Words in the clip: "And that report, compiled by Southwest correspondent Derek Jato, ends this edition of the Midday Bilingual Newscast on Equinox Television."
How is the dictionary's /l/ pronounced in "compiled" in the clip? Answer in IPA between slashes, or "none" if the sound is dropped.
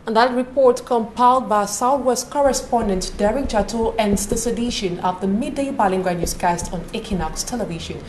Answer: /l/